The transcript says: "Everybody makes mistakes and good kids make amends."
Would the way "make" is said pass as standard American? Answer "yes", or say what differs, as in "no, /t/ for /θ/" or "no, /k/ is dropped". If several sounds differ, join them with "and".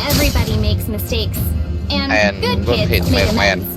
no, /k/ is dropped